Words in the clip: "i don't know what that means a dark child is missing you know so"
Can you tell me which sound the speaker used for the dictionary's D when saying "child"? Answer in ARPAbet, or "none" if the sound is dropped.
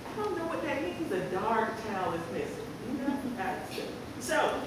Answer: none